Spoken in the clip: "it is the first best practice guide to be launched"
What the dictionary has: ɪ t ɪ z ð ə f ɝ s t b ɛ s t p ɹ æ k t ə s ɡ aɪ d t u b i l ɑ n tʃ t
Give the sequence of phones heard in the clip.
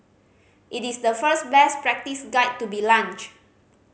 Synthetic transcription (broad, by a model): ɪ t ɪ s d ə f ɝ s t b ɛ s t p ɹ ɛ k t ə s ɡ aɪ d t u b i l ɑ n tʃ